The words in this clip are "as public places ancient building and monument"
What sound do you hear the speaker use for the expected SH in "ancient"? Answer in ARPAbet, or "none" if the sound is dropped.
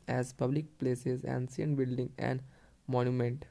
S